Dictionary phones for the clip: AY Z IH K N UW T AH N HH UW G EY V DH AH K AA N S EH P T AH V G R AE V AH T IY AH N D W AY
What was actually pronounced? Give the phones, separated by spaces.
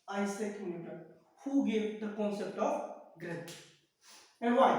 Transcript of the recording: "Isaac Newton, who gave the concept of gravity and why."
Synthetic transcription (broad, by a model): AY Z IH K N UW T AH HH UW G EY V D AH K AA N S EH P T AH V G R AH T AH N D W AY